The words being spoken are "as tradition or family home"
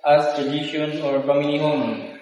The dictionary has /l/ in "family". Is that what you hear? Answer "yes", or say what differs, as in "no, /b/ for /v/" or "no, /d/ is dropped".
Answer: no, /n/ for /l/